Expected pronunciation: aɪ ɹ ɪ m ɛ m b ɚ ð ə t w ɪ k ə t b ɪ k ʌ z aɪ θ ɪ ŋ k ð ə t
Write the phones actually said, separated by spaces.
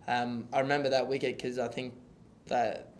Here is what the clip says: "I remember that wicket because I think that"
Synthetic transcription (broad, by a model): aɪ ɹ ɪ m ɛ m b ɚ ð ə t w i k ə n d k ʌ z aɪ θ ɪ ŋ k ð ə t